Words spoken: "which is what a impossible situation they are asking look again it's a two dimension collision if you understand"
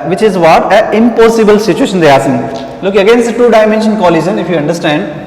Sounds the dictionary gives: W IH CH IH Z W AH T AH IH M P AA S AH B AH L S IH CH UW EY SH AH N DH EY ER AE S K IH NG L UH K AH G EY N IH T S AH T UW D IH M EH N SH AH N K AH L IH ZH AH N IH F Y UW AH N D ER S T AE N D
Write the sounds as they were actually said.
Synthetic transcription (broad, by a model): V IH CH IH Z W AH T AH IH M P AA S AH B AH L S IH CH UW EY SH AH N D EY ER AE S IH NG L UH K AH G EY N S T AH T UW D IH M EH N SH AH N K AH L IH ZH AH N IH F Y UW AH N D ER S T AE N D